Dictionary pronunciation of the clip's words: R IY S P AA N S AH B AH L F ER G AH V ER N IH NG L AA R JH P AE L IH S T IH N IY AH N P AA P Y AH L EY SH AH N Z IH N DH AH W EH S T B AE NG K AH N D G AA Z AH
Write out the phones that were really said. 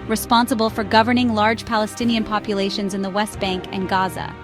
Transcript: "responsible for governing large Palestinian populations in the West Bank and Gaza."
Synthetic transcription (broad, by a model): R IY S P AA N S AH B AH L F ER G AH V ER N IH NG L AA R JH P AE L IH S T IH N IY AH N P AA P Y AH L EY SH AH N Z IH N DH AH W EH S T B AE NG K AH N G AA Z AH